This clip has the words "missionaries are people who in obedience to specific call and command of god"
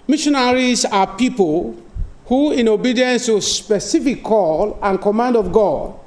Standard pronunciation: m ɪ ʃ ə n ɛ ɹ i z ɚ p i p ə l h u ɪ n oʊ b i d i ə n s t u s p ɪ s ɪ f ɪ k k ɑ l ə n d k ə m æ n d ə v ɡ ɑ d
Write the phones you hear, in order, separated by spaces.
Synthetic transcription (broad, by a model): m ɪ ʃ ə n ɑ ɹ i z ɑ p i p ə l h u ɪ n oʊ b i d i ə n s t u s p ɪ s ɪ f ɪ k k ɑ l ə n k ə m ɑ n d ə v ɡ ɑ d